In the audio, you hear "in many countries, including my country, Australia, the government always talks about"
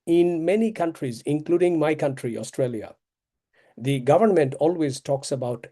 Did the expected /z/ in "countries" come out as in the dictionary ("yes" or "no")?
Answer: yes